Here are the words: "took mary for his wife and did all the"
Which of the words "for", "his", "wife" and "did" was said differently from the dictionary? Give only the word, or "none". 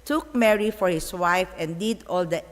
his